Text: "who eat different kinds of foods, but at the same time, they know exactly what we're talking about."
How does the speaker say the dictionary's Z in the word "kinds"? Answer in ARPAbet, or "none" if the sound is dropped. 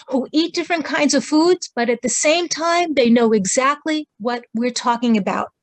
Z